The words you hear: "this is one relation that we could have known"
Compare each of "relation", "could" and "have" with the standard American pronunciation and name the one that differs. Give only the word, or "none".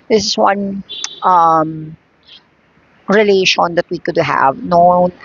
none